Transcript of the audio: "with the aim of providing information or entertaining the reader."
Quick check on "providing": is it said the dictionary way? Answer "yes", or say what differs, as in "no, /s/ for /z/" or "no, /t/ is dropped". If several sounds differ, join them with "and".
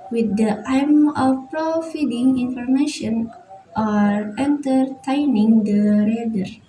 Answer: no, /f/ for /v/